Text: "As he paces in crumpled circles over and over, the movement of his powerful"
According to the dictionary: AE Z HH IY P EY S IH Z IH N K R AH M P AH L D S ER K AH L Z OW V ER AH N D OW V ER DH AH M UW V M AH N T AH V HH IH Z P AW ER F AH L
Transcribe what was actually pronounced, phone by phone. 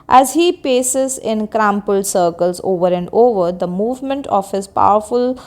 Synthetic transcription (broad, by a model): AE Z HH IY P EY S IH Z IH N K R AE M P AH L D S ER K AH L Z OW V ER AH N D OW V ER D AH M UW V M AH N T AH V HH IH Z P AW ER F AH L